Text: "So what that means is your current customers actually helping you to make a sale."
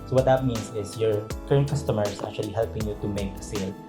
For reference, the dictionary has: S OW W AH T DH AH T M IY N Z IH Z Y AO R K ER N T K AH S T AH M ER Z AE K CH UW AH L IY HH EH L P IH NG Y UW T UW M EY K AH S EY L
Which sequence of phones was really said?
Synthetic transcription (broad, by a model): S OW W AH T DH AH T M IY N S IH S Y AO R K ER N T K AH S T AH M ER S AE K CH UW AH L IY HH EH L P IH NG Y UW T UW M EY K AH S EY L